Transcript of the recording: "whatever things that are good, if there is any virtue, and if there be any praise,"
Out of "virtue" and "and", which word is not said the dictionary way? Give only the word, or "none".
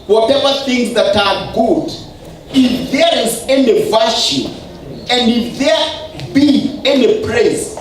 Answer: virtue